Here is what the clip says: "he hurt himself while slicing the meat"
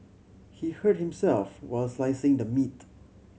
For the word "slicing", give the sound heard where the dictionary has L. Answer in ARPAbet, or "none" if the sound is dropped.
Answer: L